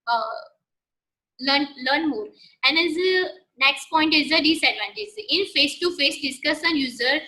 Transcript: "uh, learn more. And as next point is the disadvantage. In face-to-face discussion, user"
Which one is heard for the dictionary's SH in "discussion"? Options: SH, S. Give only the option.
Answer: S